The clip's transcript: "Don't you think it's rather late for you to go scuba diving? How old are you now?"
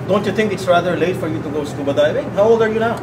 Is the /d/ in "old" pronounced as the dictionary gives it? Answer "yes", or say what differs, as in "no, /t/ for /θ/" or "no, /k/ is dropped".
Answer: no, /d/ is dropped